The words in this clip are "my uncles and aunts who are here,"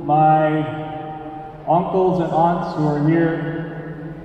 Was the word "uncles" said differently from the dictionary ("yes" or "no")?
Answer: no